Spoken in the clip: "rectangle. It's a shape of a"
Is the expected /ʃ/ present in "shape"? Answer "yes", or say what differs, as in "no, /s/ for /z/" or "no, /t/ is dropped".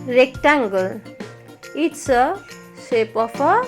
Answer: no, /s/ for /ʃ/